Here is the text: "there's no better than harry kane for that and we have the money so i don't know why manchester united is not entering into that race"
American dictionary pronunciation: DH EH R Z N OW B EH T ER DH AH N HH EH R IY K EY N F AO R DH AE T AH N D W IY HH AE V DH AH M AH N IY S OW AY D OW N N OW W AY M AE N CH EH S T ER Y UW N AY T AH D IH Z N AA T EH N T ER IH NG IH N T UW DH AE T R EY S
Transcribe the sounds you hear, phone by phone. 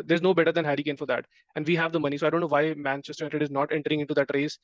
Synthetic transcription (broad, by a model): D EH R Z N OW B EH T ER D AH N HH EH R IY K EY N F AO R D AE T AH N D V IY HH AE V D AH M AH N IY S OW AY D OW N N OW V AY M AE N CH EH S T ER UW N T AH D IH Z N AA T EH N T ER IH NG IH T UW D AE T R EY S